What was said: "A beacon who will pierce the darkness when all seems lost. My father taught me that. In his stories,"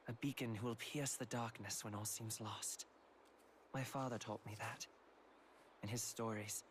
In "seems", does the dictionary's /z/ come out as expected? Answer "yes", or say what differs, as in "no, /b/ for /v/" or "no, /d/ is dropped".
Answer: yes